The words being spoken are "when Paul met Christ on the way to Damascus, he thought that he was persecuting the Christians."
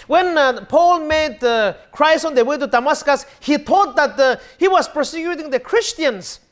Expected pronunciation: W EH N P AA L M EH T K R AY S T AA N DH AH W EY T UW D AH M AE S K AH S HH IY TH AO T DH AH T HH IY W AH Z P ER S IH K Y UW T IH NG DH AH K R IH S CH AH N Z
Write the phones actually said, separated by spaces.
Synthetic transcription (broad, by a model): W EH N P AA L M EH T K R AY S AA N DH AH W EY T UW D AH M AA S K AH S HH IY T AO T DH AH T HH IY W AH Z P ER S IH K Y UW T IH NG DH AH K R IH S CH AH N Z